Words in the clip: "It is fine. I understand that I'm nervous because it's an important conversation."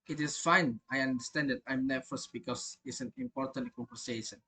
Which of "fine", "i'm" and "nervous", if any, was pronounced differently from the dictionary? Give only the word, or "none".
nervous